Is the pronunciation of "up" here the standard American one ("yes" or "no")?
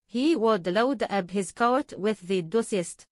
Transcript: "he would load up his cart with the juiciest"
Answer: no